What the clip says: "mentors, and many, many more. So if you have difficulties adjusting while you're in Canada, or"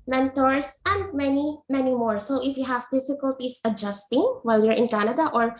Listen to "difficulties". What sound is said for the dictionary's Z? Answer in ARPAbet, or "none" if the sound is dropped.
S